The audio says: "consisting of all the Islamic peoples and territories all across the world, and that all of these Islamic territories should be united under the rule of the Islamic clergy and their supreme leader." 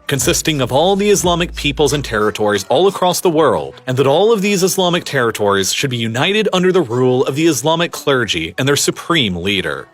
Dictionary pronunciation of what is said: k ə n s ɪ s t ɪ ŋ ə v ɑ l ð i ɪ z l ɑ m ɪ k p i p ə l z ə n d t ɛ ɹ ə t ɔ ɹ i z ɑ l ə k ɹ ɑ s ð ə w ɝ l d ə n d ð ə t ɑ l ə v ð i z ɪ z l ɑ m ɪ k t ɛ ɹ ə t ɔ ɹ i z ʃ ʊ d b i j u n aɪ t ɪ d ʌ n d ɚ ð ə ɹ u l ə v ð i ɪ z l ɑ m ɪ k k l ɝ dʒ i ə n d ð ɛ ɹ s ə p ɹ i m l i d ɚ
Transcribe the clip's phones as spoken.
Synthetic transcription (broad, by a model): k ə n s ɪ s t ɪ ŋ ə v ɑ l ð i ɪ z l ɑ m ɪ k p i p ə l z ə n t ɛ ɹ ə t ɔ ɹ i z ɑ l ə k ɹ ɑ s ð ə w ɝ l d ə n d ð ə t ɑ l ə v ð i z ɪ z l ɑ m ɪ k t ɛ ɹ ə t ɔ ɹ i z ʃ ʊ d b i j u n aɪ t ɪ d ʌ n d ɚ ð ə ɹ u l ə v ð i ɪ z l ɑ m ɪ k k l ɝ dʒ i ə n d ð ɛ ɹ s ə p ɹ i m l i d ɚ